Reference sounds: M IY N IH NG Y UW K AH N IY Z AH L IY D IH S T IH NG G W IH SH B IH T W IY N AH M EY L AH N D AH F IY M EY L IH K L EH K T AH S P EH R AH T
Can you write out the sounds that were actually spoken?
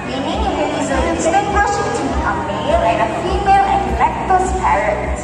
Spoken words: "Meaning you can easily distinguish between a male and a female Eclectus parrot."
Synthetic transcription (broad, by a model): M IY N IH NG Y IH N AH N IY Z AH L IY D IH T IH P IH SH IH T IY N AH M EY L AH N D AH F IY M EY L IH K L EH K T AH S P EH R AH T